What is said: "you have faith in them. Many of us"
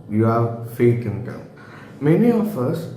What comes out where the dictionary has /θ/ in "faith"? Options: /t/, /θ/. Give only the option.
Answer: /t/